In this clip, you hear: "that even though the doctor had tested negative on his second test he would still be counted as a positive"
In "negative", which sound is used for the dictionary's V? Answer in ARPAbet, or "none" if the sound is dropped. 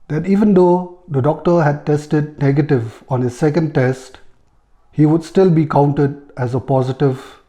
V